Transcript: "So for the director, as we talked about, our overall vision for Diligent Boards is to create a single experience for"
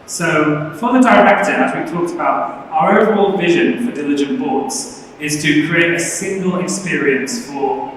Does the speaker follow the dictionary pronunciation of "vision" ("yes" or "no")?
yes